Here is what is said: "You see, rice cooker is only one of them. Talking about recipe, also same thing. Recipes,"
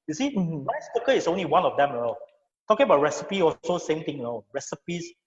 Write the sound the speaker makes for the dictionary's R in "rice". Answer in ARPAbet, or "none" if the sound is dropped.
W